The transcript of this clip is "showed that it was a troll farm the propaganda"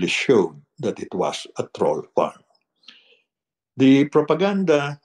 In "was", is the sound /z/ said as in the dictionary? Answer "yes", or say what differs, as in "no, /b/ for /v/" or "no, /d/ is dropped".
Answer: no, /s/ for /z/